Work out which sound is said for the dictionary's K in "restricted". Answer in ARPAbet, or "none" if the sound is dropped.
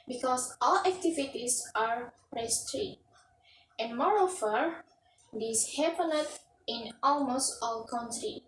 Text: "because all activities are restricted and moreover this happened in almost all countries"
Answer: none